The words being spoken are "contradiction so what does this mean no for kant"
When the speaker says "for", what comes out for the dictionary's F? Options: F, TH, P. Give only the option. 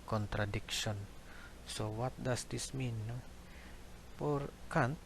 P